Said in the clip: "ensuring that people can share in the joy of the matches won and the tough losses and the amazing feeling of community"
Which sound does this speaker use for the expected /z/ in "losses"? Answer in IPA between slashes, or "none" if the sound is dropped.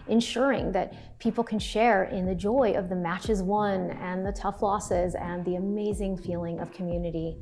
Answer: /z/